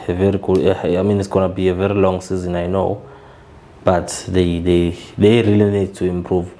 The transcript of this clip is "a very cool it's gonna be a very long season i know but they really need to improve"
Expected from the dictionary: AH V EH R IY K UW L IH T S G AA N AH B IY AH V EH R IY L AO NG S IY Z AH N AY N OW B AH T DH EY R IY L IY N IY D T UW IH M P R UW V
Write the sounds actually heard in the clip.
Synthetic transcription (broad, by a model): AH V EH R IY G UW N IH T S G AA N AH B IY AH V EH R IY L AO NG S IY Z AH N AY N OW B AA T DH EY R IY L IY N IY D T UW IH M P R UW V